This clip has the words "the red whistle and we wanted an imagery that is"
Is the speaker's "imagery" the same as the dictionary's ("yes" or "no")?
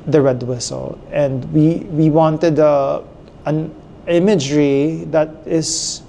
yes